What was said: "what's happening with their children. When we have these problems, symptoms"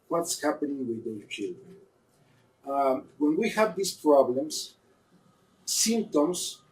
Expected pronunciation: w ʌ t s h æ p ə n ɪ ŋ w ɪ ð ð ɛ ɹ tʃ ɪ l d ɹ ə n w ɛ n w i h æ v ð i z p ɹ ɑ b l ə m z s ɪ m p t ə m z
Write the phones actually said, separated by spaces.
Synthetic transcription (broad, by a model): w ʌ t s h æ p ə n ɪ ŋ w ɪ ð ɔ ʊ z tʃ ɪ l d ɹ ə n w ɛ n w i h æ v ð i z p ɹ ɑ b l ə m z s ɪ m p t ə m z